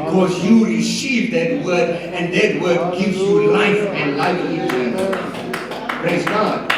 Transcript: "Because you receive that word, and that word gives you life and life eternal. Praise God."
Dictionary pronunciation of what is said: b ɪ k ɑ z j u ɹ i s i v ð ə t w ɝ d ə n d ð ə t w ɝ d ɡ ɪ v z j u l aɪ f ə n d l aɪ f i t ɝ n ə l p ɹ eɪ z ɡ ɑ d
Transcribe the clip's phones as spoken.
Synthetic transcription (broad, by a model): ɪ k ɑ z j u ɹ i s i v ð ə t w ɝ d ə n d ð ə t w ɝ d ɡ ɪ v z j u l aɪ f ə n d l aɪ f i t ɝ ə n p ɹ eɪ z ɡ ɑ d